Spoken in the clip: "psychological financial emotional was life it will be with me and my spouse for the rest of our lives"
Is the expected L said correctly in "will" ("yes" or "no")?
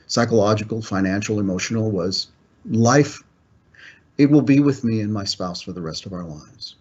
yes